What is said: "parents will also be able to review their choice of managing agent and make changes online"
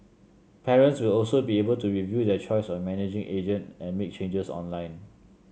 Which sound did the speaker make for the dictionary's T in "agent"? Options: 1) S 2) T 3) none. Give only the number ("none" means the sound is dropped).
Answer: 2